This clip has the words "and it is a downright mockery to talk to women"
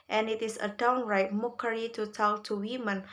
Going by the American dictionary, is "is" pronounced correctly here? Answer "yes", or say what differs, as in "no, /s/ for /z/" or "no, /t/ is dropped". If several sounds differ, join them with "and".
no, /s/ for /z/